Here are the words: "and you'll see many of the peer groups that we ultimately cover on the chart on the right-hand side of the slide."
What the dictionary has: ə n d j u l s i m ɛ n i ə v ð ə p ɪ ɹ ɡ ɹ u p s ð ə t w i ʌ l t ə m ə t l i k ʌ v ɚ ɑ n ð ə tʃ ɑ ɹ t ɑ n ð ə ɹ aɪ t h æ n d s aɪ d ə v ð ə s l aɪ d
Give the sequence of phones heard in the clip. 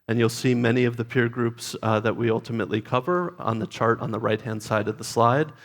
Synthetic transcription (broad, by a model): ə n j u l s i m ɛ n i ə v ð ə p ɪ ɹ ɡ ɹ u p s ð ə t w i ʌ l t ə m ə t l i k ʌ v ɚ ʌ n ð ə tʃ ɑ ɹ t n ð ə ɹ aɪ t h æ n d s aɪ d ə v ð ə s l aɪ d